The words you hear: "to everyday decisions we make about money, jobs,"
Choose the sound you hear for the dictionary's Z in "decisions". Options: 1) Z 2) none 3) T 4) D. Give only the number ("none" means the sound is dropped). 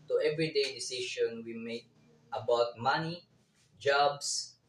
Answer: 2